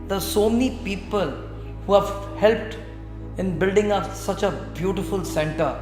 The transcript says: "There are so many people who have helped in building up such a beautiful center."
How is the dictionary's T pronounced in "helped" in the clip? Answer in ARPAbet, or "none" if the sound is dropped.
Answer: T